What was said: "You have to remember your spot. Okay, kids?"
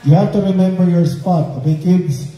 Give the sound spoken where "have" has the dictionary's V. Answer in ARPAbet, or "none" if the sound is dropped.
F